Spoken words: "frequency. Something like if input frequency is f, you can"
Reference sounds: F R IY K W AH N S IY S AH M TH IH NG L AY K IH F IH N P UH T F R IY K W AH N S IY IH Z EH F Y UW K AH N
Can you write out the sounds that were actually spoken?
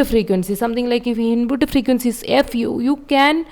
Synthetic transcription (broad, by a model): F R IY K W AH N S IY S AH M T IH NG L AY K IH F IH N B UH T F R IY K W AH N S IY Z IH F Y UW K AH N